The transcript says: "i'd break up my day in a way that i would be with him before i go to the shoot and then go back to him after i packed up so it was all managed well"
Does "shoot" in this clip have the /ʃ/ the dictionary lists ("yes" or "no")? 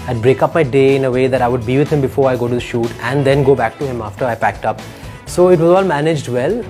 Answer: yes